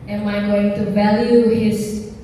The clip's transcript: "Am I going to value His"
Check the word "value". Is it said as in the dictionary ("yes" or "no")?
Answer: yes